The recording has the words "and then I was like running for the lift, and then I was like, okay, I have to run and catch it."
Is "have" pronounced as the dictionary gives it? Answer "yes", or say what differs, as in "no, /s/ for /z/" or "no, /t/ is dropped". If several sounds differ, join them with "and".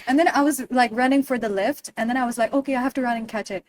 no, /f/ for /v/